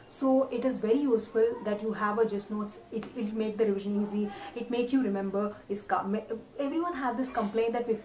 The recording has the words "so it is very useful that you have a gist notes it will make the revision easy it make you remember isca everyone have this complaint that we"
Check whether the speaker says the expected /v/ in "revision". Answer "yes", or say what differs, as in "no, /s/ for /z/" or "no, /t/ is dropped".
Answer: yes